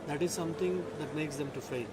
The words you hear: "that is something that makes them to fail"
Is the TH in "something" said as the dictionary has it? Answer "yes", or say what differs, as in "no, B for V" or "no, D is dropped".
no, T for TH